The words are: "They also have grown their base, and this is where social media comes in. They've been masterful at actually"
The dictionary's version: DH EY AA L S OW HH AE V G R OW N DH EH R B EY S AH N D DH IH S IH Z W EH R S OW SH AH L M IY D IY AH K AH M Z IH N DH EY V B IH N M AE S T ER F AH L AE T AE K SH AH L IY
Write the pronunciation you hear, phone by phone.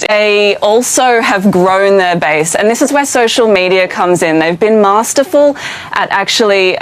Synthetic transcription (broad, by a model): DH EY AA L S OW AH V G R OW N DH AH R B EY S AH N DH IH S IH Z W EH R S OW SH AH L M IY D IY AH K AH M Z IH N DH EY V B IH N M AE S T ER F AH L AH T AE K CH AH L IY